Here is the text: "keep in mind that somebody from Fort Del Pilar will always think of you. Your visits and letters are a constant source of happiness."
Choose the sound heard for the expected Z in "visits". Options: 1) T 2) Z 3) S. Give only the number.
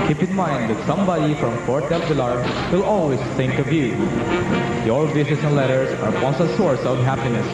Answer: 3